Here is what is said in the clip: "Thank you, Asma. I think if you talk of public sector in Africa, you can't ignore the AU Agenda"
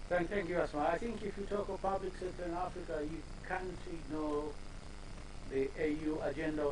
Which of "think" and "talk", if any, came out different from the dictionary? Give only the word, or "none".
none